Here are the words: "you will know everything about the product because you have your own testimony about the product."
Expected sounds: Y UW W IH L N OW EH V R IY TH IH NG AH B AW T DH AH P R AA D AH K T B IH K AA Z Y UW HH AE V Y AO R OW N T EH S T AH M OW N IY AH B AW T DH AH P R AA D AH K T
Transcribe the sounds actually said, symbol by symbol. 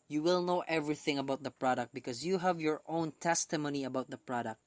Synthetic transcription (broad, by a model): Y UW W IH L N OW EH V R IY TH IH NG AH B AW T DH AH P R AA D AH K T B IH K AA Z Y UW HH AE V Y AO R OW N T EH S T AH M OW N IY AH B AW T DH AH P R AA D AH K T